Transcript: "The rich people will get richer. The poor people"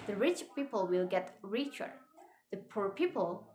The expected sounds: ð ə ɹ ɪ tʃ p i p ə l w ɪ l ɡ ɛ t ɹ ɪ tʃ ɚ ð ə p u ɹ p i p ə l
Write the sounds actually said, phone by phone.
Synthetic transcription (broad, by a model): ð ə ɹ ɪ tʃ p i p ə l w ɪ l ɡ ɛ t ɹ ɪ tʃ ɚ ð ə p u ɹ p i p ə l